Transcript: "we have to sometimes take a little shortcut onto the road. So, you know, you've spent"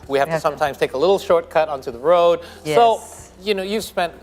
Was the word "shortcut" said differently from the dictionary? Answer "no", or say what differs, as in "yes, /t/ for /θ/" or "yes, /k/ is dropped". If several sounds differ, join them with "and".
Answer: no